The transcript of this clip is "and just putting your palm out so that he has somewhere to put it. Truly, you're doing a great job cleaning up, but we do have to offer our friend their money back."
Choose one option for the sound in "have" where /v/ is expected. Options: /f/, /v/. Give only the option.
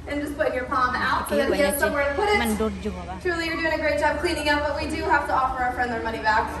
/f/